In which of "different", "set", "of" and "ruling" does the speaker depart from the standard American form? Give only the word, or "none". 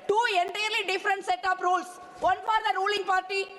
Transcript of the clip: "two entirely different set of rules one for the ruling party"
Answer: of